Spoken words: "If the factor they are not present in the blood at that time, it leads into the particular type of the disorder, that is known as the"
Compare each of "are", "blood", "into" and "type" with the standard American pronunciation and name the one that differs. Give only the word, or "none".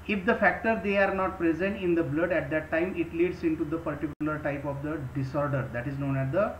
none